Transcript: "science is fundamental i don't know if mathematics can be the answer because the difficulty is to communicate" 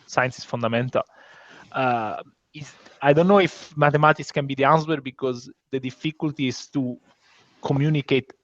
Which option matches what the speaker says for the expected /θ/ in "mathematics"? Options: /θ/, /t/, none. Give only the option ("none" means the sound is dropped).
/t/